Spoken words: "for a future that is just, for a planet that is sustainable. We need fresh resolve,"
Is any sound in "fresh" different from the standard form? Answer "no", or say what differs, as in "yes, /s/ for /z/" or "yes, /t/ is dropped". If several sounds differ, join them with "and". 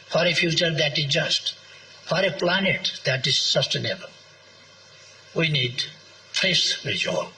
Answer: yes, /s/ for /ʃ/